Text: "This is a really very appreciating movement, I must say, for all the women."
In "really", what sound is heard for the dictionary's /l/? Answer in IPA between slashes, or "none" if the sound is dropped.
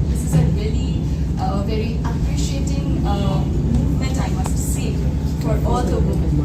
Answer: /l/